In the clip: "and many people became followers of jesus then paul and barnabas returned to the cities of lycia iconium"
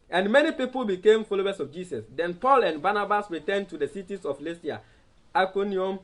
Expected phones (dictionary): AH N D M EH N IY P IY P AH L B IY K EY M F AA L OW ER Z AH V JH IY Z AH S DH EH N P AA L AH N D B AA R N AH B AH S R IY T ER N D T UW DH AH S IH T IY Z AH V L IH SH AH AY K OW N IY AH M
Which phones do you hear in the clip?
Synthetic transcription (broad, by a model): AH N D M EH N IY P IY P AH L B IY K EY M F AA L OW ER S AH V JH IY S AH S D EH N P AA L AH N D B AA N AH B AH S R IY T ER N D T UW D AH S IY T IY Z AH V L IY S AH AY K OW N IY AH M